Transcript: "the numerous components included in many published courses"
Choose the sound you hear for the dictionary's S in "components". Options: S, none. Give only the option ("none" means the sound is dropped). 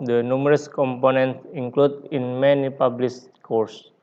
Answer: S